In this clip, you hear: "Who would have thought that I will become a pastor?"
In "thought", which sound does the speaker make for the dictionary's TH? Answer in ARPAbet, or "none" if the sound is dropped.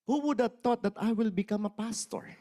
T